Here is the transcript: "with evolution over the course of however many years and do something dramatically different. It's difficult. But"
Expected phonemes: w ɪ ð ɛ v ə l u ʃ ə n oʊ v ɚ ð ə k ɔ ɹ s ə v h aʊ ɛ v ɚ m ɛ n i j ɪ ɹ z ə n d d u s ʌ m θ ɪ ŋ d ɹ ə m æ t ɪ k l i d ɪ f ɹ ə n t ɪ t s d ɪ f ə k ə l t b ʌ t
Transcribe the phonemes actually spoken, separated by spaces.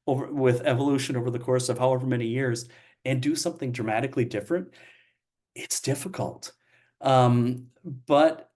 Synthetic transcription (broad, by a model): w ɪ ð ɛ v ə l u ʃ ə n oʊ v ɚ ð ə k ɔ ɹ s ə v h aʊ ɛ v ɚ m ɛ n i j ɪ ɹ z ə n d d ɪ s ʌ m θ ɪ ŋ d ɹ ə m æ t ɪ k l i d ɪ f ɹ ə n t ɪ t s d ɪ f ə k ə l t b ʌ t